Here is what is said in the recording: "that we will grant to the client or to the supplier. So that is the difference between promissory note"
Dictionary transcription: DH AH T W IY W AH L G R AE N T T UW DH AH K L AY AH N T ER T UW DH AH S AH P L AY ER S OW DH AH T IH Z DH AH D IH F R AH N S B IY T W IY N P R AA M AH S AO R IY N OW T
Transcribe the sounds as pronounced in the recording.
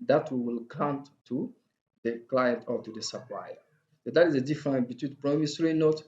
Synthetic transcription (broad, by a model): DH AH T W IY W AH L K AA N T T UW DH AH K L AY AH N T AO T UW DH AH S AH P L AY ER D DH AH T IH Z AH D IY F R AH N B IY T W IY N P R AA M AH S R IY N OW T